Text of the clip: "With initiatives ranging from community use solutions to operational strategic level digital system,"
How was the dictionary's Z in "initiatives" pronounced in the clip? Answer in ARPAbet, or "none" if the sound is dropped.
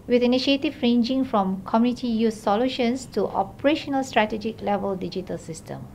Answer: none